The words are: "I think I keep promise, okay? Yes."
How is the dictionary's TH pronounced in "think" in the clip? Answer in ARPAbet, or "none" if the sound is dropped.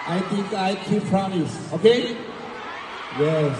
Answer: T